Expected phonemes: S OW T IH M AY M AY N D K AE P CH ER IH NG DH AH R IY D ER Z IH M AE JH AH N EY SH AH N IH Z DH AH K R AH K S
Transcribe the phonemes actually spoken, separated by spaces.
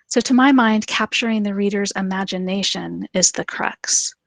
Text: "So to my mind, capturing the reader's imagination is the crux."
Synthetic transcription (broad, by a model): S OW T IH M AY M AY N D K AE P CH ER IH NG DH AH R IY D ER Z IH M AE JH AH N EY SH AH N IH Z DH AH K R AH K S